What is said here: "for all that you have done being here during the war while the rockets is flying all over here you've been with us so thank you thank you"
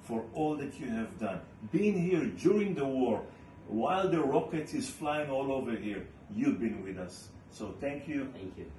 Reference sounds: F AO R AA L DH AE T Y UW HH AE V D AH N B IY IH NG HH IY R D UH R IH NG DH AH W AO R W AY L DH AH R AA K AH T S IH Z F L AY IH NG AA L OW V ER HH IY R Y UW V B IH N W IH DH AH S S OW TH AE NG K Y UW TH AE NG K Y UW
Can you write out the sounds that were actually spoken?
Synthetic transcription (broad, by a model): F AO R AA L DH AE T Y UW HH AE V D AH N B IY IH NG HH IY R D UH R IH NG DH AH W AO R W AY L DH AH R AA K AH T IH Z F L AY IH NG AA L OW V ER HH IY R Y UW V B IH N W IH DH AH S S OW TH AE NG K Y UW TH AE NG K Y